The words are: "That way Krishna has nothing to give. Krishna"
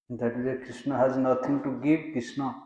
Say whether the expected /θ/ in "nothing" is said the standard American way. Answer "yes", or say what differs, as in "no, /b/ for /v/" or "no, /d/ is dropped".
no, /t/ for /θ/